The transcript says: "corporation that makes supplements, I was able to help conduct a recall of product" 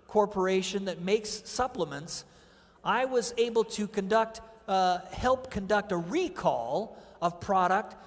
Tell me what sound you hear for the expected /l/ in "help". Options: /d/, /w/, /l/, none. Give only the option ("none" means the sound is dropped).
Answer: /l/